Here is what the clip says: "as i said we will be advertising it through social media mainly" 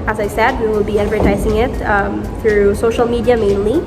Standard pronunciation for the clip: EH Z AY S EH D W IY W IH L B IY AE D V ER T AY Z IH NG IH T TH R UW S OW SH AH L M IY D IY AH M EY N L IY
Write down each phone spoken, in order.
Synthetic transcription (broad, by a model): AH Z AY S EH D W IY W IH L B IY AE D V ER T AY Z IH NG IH T TH R UW S OW SH L M IY D IY AH M EY N L IY